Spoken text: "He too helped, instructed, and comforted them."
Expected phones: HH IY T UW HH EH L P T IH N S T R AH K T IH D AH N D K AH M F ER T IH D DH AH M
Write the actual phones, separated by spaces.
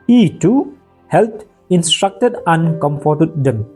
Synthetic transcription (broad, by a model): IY T UW HH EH L T IH N S T R AH K T IH D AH N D K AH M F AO T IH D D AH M